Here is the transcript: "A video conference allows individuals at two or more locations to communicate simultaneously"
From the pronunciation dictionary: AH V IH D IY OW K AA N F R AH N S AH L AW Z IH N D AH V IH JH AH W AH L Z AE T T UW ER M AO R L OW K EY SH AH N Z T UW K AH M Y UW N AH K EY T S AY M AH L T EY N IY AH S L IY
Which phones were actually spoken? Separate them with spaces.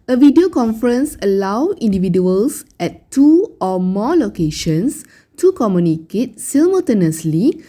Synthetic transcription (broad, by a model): AH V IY D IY OW K AA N F R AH N S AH L AW IY N D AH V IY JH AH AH L S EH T T UW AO M AO L OW K EY SH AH N S T UW K AH M Y UW N AH K EY T S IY M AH T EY N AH S L IY